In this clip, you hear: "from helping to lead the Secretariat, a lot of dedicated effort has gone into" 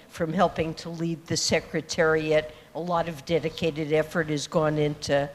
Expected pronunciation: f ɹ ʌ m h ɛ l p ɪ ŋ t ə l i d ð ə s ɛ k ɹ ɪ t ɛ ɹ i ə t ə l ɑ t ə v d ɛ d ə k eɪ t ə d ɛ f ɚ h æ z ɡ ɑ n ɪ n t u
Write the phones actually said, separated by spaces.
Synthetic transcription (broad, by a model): f ɹ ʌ m h ɛ l p ɪ ŋ t ə l i d ð ə s ɛ k ɹ ɪ t ɛ ɹ i ə t ə l ɑ t ə v d ɛ d ə k eɪ t ə d ɛ f ɚ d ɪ z ɡ ɑ n ɪ n t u